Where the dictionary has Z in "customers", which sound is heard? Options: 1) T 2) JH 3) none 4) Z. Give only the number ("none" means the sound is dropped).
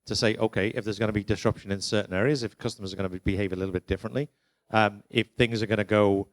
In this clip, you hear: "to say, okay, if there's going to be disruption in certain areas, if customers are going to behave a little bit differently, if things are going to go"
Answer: 4